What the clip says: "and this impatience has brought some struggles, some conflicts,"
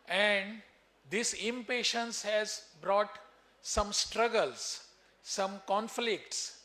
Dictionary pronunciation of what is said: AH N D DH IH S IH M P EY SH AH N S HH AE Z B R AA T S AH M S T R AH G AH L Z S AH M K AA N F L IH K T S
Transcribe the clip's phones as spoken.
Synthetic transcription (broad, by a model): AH N D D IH S IH M P EY SH AH N S HH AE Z B R AA T S AH M S T R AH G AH L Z S AH M K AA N F L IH K T S